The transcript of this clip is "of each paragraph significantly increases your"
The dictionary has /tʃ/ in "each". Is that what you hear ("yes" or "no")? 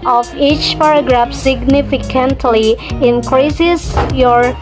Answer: yes